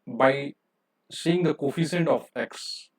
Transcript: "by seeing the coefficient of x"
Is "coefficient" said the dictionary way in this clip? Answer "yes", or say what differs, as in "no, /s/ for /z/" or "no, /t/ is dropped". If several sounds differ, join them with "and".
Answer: no, /s/ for /ʃ/